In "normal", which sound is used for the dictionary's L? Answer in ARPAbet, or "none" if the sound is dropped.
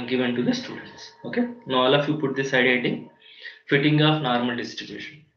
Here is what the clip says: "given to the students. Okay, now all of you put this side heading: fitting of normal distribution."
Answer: L